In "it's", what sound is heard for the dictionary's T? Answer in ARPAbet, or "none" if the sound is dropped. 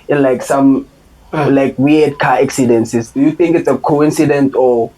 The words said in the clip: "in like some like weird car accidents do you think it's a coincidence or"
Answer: T